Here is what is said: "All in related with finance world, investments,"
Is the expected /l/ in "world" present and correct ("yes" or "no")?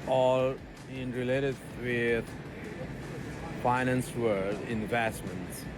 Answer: no